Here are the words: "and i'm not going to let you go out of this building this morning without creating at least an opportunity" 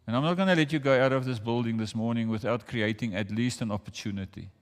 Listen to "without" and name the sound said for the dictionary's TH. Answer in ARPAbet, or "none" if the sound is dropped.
TH